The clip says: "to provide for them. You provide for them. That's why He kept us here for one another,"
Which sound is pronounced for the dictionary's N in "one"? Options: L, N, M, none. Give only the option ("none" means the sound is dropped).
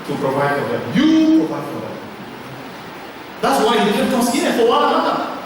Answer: L